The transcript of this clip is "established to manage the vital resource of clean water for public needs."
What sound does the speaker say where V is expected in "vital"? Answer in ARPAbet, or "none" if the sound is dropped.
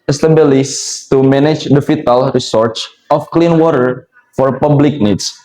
F